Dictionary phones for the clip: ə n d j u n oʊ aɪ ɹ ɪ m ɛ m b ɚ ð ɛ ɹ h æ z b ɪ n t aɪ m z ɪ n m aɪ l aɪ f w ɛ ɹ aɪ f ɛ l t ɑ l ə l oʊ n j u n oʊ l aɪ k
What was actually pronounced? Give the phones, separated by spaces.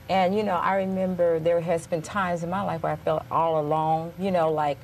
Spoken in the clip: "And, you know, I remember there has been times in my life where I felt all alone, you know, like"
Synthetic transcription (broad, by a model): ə n j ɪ n oʊ aɪ ɹ ɪ m ɛ m b ɚ ð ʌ ɹ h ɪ z b ɪ n t aɪ m z ɪ n m aɪ l aɪ f w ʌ ɹ aɪ f ɛ l t ɑ l ə l oʊ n j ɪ n oʊ l aɪ k